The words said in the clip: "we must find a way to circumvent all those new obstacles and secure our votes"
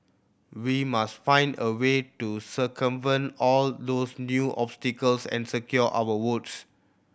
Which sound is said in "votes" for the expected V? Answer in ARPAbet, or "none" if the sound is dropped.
W